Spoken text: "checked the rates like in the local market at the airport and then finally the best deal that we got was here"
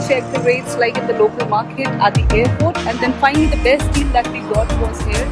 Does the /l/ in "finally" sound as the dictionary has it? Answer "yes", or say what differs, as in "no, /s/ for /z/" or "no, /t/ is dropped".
no, /l/ is dropped